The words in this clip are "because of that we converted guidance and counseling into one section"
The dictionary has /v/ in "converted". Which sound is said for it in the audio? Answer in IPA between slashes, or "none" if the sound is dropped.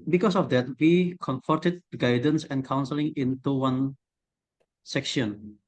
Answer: /f/